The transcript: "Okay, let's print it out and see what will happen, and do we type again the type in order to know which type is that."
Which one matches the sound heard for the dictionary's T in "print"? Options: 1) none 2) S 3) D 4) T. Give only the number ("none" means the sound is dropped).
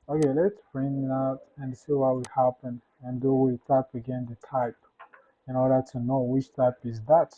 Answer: 1